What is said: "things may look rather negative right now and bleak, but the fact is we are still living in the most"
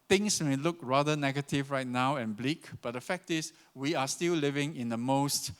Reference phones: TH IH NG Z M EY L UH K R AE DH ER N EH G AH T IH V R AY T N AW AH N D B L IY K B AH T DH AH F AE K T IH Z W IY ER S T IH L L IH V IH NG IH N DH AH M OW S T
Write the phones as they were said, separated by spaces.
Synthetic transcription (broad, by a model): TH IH NG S M EY L UH K R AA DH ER N EH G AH T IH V R AY T N AW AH N B L IY K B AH T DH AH F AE K T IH S W IY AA S T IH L L IH V IH NG IH N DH AH M OW S T